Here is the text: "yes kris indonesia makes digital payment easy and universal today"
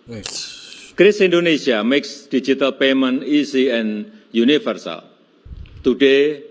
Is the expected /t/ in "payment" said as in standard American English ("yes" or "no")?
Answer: no